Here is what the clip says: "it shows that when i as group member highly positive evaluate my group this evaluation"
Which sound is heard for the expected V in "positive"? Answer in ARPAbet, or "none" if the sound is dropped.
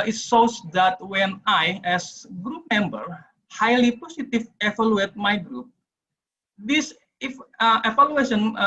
F